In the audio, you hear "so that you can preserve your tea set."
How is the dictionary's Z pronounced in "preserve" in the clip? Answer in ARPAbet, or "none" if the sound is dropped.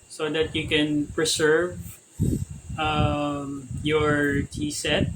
S